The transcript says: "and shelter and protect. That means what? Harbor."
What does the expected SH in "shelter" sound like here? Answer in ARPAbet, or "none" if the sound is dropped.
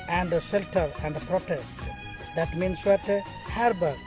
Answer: S